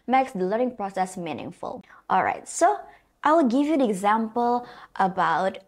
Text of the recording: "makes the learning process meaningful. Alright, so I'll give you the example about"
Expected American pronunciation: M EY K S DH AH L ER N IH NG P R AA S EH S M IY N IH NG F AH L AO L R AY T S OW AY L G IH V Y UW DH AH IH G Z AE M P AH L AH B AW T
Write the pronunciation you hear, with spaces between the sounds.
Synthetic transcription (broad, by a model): M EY K S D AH L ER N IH NG P R AA S EH S M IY N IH NG F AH L AO L R AY T S OW AY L G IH V Y UW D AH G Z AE M P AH L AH B AW T